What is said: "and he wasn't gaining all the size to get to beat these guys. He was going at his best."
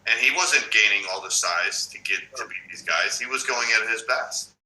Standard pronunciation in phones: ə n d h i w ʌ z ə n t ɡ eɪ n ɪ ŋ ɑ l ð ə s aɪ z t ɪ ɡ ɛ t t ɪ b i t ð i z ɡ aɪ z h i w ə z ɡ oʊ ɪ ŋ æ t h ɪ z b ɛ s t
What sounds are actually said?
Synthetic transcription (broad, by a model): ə n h i w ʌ z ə n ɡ eɪ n ɪ ŋ ɑ l ð ə s aɪ z t ɪ ɡ ɛ t t ɪ b i t ð i z ɡ aɪ z h i w ə z ɡ oʊ ɪ ŋ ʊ t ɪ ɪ z b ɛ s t